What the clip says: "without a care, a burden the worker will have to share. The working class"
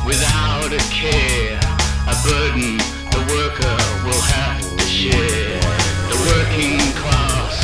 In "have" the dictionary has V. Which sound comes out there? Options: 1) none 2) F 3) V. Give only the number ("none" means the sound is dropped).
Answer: 2